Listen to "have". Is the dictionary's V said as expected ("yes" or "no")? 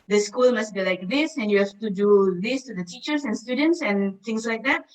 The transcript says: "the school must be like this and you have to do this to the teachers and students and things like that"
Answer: no